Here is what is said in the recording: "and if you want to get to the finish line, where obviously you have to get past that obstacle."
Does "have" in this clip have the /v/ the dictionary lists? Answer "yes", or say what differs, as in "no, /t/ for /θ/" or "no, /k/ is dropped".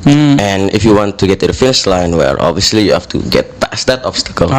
no, /f/ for /v/